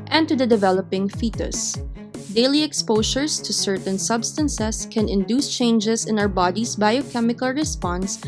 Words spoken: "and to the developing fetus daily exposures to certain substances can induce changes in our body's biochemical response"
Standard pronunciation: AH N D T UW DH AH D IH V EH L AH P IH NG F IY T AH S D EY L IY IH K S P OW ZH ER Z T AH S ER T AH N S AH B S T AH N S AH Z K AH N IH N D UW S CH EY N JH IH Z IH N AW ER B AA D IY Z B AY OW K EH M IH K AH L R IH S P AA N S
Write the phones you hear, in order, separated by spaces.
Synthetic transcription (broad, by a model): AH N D T UW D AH D IH V EH L AH P IH NG F IY T AH S D EY L IY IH K S P OW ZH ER S T AH S ER T AH N S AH B S T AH N S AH S K AH N IH N D UW S CH EY N JH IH S IH N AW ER B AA D IY S B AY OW K EH M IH K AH L R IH S P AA N S